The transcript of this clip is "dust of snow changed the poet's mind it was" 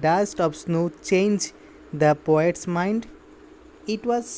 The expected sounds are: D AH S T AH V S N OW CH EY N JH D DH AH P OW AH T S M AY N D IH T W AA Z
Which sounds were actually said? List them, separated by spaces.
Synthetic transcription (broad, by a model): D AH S T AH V S N OW CH EY N JH D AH P OW AH T S M AY N D IH T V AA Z